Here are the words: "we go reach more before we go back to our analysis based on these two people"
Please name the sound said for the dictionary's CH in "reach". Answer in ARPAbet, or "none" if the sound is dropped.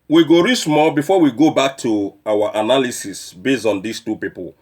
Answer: S